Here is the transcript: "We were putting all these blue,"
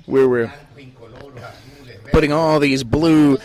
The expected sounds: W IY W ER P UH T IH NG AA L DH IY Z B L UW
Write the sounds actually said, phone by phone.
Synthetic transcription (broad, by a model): W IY W ER P UH T IH NG AA L DH IY Z B L UW